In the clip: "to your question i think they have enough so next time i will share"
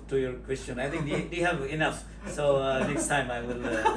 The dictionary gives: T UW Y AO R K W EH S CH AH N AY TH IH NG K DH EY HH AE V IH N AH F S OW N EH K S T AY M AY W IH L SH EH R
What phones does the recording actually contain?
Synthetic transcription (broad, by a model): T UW Y AO R K W EH S CH AH N AY T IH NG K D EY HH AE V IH N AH F S OW N EH K S T AY M AY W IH L